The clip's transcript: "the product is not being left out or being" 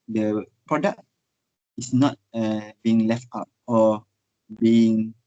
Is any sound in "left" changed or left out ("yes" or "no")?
no